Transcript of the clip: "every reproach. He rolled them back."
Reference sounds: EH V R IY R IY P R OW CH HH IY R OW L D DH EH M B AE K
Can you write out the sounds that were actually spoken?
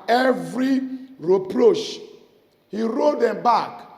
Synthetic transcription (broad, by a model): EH V R IY R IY P R OW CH HH IY R OW D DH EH M B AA K